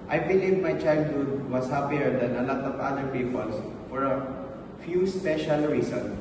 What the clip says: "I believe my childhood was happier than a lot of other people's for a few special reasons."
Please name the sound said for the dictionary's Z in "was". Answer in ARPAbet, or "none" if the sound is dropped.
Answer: S